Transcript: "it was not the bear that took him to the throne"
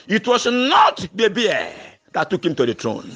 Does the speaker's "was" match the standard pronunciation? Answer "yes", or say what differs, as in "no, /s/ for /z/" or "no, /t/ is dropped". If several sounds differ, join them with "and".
no, /s/ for /z/